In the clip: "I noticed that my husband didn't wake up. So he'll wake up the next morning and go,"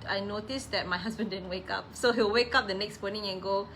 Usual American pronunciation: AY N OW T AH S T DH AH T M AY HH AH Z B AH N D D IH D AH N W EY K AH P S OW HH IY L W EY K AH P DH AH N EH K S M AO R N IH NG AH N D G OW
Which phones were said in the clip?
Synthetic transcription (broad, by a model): AY N OW T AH S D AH T M AY HH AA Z B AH N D D IH D AH N W EY K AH P S OW HH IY W W EY K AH P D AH N EH K S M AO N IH NG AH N G OW